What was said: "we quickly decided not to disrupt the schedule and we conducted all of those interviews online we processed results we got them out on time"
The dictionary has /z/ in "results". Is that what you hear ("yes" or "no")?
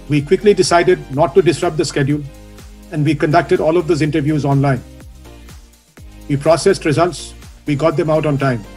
yes